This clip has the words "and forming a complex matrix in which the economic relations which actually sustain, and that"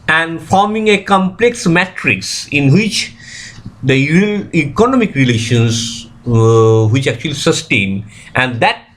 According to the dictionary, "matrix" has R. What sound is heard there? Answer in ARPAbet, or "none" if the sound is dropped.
R